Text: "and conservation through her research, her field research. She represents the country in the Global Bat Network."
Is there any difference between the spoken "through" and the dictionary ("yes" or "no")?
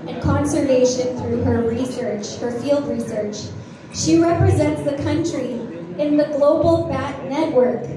no